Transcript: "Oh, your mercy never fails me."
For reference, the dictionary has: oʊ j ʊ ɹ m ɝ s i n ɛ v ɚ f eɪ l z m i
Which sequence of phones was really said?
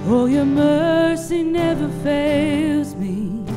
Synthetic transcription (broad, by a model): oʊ j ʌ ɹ m ɝ s i n ɛ v ɚ f eɪ l z m i